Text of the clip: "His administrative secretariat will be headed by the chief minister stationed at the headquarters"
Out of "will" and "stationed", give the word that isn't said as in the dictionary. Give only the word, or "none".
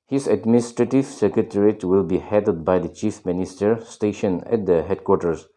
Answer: stationed